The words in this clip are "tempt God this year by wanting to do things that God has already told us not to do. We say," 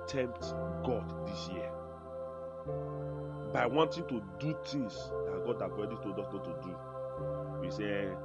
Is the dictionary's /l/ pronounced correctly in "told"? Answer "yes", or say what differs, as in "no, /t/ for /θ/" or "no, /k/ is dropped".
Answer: no, /l/ is dropped